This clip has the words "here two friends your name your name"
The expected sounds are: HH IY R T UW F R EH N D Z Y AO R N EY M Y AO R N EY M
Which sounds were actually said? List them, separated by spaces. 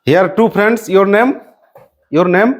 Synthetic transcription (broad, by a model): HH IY R T UW P R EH N D S Y AO R N EY M Y AO R N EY M